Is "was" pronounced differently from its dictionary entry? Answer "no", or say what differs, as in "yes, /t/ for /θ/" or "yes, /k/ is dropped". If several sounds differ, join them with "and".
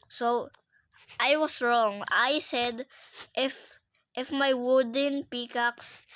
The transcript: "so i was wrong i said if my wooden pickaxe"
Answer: yes, /s/ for /z/